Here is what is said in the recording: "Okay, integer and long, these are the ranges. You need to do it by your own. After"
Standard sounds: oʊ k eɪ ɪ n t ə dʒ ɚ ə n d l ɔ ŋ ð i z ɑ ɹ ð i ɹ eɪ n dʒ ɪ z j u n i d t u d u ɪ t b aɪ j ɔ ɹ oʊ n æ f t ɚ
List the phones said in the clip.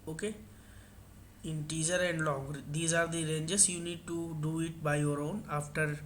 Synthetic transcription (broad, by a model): oʊ k eɪ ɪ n t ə z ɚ ə n d l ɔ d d i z ɑ ɹ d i ɹ eɪ n dʒ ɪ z j u n i d t u d u ɪ t b aɪ j ɔ ɹ oʊ n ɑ f t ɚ